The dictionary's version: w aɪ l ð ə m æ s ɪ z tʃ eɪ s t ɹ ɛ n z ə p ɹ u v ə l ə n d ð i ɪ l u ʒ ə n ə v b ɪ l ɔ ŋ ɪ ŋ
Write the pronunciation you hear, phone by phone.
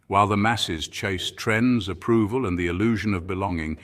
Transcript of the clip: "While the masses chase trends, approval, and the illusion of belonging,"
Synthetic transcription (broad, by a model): w aɪ l ð ə m æ s ɪ z tʃ eɪ s t ɹ ɛ n z ə p ɹ u v ə l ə n ð i ɪ l u ʒ ə n ə v b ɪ l ɔ ŋ ɪ ŋ